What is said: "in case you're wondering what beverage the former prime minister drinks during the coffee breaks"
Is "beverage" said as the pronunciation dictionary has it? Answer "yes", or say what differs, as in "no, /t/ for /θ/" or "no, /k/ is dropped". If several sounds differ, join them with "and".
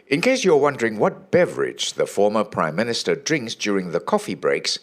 yes